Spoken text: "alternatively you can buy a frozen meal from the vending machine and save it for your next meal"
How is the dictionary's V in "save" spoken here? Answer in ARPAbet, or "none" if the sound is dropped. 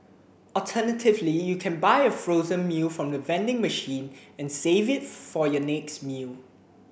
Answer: V